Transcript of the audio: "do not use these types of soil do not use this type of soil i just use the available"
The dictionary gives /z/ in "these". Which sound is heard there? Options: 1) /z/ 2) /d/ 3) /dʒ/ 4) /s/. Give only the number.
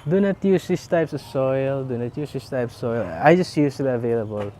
4